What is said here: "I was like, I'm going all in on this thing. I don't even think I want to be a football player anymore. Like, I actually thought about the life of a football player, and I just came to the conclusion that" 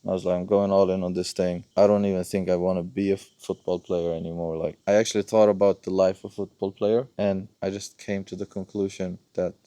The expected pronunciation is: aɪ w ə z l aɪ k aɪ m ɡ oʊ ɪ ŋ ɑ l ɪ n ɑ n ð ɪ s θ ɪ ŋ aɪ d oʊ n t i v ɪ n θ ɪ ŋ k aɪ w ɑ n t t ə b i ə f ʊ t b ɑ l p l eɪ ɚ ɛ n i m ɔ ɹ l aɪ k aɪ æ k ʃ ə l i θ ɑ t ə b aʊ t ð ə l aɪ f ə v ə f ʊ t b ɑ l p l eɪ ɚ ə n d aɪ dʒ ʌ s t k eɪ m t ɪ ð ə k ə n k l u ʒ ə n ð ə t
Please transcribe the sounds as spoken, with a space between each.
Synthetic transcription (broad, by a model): aɪ w ə z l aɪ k aɪ m ɡ oʊ ɪ ŋ ɑ l ɪ n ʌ n ð ɪ s θ ɪ ŋ aɪ d oʊ n t i v ɪ n θ ɪ ŋ k aɪ w ɑ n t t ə b i ə f ʊ t b ɑ l p l eɪ ɚ ɛ n i m ɔ ɹ l aɪ k aɪ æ k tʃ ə l i θ ɑ t ə b aʊ t ð ə l aɪ f ə v f ʊ t b ɑ l p l eɪ ɚ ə n aɪ dʒ ʌ s k eɪ m t ɪ ð ə k ə n k l u ʒ ə n ð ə t